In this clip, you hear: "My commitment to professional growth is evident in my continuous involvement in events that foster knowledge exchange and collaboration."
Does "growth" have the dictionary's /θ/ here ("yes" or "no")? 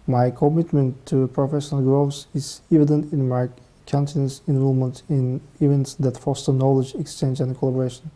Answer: no